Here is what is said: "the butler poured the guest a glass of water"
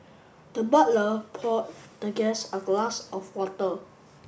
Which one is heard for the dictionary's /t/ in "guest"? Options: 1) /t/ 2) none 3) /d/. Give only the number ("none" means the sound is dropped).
2